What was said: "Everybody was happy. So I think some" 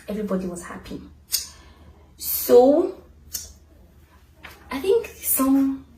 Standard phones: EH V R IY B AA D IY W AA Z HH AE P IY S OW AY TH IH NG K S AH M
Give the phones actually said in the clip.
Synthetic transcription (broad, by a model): EH V R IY B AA D IY W AA Z HH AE P IY S OW AY TH IH NG K S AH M